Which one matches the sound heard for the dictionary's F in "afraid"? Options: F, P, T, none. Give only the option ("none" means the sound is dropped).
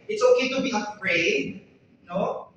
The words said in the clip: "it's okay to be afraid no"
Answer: P